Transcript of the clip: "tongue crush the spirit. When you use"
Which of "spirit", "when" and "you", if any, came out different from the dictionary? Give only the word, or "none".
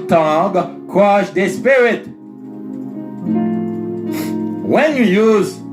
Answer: none